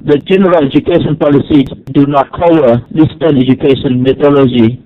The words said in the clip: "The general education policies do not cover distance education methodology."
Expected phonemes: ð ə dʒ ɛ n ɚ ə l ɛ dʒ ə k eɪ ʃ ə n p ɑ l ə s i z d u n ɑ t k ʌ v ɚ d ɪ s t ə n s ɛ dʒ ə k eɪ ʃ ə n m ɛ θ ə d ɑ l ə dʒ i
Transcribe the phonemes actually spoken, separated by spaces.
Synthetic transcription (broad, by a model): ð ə dʒ ɛ n ɚ ə l ɛ dʒ ə k eɪ ʃ ə n p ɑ l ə s i d u n ɑ t k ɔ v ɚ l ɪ s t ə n ɛ dʒ ə k eɪ ʃ ə n m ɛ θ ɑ l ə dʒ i